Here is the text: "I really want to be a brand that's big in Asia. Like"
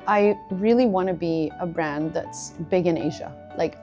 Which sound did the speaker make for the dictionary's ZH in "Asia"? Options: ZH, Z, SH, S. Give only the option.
ZH